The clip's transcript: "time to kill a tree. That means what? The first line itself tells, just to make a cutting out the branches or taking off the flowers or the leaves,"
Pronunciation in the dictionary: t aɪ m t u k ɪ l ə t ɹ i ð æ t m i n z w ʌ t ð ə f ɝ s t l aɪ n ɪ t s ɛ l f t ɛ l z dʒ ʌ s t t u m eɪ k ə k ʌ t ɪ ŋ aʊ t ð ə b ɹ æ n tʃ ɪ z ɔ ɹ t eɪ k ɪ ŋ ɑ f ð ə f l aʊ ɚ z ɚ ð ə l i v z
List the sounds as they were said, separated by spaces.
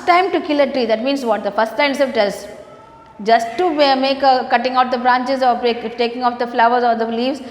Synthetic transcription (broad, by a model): t aɪ m t u k ɪ l ə t ɹ i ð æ t m i n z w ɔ t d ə f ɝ s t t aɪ ɪ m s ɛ f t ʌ z dʒ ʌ s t t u m eɪ k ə k ʌ t ɪ ŋ aʊ t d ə b ɹ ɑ n tʃ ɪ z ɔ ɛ t eɪ k ɪ ŋ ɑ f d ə f l aʊ ɚ z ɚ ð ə l i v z